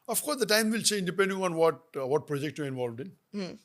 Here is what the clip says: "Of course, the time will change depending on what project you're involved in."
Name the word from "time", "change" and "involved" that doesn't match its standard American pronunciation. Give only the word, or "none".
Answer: change